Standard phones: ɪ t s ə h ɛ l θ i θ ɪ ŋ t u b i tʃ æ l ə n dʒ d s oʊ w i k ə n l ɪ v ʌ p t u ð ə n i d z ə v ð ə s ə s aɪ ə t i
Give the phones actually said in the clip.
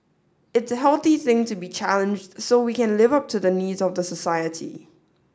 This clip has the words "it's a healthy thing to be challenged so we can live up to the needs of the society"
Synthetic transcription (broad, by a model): ɪ t s ə h ɛ l θ i θ ɪ ŋ t u b i tʃ æ l ə n dʒ d s oʊ w i k ə n l ɪ v ʌ p t u ð ə n i d z ə v ð ə s ə s aɪ ə t i